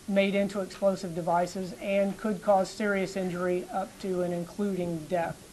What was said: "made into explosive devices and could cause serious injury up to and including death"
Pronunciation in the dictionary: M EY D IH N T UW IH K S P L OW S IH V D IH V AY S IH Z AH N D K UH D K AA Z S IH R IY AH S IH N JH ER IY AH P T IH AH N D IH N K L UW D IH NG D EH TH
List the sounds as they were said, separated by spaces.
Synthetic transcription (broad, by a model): M EY D IH N T UW IH K S P L OW S IH V D IH V AY S IH Z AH N K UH D K AA Z S IH R IY AH S IH N JH ER IY AH P T IH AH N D IH N K L UW D IH NG D EH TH